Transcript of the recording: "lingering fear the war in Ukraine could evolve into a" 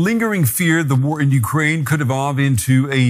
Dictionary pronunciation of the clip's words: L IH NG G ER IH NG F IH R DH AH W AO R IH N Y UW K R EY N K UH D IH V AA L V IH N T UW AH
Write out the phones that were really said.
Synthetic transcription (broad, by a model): L IH NG G ER IH NG F IH R DH AH W AO R IH N Y UW K R EY N K UH D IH V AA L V IH N T UW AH